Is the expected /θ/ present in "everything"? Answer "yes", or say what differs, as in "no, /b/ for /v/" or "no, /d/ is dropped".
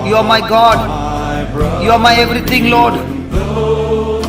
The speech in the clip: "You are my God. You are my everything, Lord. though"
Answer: no, /t/ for /θ/